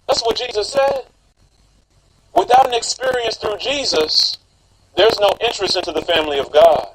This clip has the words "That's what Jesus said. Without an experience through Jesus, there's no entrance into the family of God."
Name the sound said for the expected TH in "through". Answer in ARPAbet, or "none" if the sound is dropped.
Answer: TH